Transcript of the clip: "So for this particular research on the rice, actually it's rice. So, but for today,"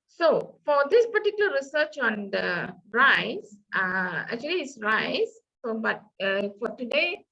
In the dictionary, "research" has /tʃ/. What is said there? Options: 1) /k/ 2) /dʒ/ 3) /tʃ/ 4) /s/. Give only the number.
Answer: 3